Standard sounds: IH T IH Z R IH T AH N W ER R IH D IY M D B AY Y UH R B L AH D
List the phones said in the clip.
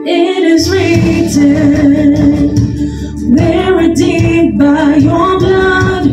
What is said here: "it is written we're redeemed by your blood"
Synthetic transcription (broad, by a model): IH T IH Z R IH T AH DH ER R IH D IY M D B AY Y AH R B L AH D